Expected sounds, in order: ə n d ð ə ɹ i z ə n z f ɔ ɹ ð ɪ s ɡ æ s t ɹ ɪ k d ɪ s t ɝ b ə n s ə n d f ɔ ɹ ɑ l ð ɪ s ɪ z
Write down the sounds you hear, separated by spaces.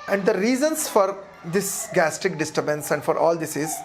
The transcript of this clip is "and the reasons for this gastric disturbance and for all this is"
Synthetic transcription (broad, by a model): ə n d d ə ɹ i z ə n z f ɔ ɹ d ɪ s ɡ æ s t ɪ k d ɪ s t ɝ b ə n s ə n d f ɔ ɹ ɑ l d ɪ s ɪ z